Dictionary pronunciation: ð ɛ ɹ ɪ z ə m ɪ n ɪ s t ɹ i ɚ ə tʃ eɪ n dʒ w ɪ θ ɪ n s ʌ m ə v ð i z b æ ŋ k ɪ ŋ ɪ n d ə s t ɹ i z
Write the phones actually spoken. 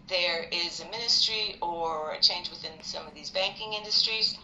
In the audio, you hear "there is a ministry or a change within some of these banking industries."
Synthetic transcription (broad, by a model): ð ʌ ɹ ɪ z ə m ɪ n ɪ s t ɹ i ɚ ə tʃ eɪ n dʒ w ɪ θ ɪ n s ʌ m ə v ð i z b æ ŋ k ɪ ŋ ɪ n d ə s t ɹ i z